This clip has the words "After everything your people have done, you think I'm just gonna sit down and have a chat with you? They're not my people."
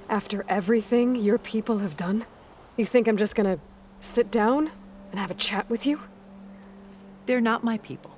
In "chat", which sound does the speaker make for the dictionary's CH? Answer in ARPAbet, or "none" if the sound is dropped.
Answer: CH